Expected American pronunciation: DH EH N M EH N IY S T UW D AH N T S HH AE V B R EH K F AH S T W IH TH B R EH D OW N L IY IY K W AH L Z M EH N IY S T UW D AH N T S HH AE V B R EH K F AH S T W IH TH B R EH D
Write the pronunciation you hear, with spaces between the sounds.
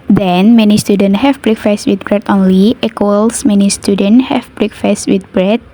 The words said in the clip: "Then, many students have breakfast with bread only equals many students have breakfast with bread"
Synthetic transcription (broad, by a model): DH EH N M EH N IY S T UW D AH N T HH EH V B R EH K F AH S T W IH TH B R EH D OW N L IY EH K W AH L S M EH N IY S T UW D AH N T HH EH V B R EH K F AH S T W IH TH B R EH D